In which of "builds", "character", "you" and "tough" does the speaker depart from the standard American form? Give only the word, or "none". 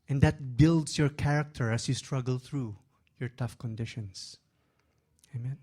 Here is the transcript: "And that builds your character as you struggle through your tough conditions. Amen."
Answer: builds